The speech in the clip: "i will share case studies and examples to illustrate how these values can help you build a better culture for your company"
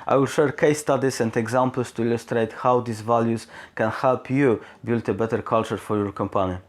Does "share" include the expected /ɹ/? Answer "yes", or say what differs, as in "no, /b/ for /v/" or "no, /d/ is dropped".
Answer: yes